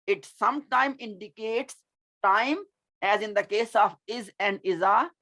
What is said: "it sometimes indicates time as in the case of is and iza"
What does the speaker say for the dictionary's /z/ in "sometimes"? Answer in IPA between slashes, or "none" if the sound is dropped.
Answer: none